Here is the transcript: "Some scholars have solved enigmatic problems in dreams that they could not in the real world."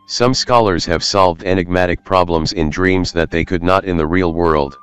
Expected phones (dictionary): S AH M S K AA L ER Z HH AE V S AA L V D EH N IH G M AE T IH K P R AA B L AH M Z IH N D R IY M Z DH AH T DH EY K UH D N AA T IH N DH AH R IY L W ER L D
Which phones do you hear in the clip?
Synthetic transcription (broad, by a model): S AH M S K AA L ER Z HH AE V S AA L V D EH N IH G M AE T IH K P R AA B L AH M Z IH N D R IY M Z DH AH T DH EY K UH D N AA T IH N DH AH R IY L W ER L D